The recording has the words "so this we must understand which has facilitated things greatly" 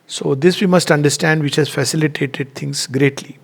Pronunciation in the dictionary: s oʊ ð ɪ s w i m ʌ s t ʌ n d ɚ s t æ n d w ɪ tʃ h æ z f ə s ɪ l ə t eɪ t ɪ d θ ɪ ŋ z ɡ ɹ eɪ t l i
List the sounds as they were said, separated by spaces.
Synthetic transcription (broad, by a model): s oʊ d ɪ s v i m ʌ s t ʌ n d ɚ s t æ n d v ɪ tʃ h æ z f ə s ɪ l ə t eɪ t ɪ d t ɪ ŋ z ɡ ɹ eɪ t l i